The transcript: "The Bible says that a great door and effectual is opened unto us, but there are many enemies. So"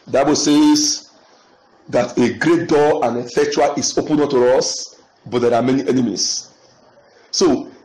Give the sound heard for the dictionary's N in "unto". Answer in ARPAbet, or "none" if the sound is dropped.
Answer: none